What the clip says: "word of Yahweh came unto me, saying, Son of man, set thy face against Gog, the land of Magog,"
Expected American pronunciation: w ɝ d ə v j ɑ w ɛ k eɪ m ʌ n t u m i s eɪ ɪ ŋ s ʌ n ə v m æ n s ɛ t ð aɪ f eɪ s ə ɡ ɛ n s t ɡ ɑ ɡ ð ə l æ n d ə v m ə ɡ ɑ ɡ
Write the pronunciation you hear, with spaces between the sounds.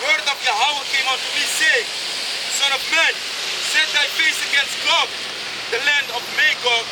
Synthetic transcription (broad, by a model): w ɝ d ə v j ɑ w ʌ k eɪ m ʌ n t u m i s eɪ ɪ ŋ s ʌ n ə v m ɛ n s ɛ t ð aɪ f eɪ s ə ɡ ɛ n s t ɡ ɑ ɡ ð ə l æ n d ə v m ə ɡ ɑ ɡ